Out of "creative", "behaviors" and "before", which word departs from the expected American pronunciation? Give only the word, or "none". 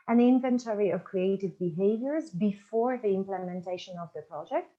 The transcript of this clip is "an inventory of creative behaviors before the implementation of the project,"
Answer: none